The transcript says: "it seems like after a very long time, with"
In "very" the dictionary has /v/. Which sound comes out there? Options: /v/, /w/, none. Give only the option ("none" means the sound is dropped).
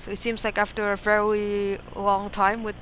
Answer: /v/